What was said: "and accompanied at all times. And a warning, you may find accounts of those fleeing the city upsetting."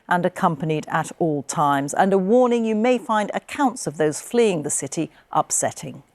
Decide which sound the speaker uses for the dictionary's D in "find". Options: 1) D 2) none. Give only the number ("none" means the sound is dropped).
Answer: 1